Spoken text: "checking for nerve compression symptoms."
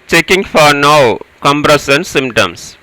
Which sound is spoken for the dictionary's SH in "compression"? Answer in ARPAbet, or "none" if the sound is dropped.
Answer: S